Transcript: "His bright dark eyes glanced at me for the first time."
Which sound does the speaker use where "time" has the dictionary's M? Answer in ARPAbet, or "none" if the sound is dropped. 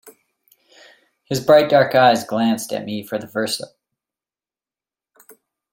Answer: none